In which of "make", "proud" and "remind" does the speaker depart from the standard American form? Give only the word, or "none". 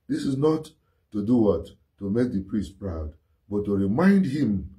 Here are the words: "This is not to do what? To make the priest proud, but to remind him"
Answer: none